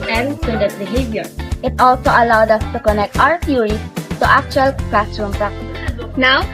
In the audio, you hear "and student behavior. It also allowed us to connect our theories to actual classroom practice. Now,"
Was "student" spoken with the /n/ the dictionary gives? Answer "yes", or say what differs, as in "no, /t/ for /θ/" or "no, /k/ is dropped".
no, /n/ is dropped